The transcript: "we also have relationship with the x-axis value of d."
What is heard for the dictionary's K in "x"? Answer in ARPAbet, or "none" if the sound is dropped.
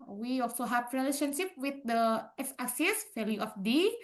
none